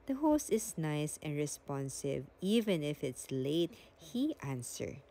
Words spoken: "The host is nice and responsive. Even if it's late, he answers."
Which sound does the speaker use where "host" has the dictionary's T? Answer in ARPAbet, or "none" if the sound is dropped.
T